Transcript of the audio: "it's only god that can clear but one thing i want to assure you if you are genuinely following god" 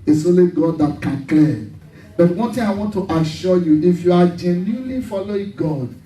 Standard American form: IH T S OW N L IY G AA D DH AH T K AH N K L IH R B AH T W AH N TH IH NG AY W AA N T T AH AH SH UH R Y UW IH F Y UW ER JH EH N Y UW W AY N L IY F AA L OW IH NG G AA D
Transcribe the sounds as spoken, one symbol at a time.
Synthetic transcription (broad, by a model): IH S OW L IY G AA D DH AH T K AH N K L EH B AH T W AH N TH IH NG AY W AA N T T AH SH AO Y UW IH F Y UW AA JH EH N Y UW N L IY F AA L OW IH NG G AA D